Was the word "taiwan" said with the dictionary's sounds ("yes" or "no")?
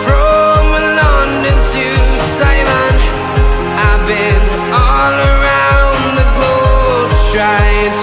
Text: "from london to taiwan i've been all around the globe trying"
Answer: no